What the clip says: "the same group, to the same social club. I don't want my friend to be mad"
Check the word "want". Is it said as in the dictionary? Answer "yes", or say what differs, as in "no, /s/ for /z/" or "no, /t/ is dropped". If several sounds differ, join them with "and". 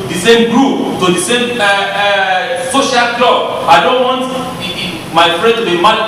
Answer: yes